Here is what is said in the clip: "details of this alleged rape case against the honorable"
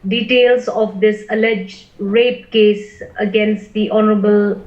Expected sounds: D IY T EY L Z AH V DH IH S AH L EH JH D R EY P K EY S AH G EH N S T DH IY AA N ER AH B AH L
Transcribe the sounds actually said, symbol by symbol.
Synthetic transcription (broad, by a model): D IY T EY L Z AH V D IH S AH L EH JH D R EY P K EY S AH G EH N S T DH IY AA N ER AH B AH L